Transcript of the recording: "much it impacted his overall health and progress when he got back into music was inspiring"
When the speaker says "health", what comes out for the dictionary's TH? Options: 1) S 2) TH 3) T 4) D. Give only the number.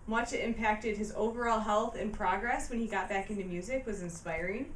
2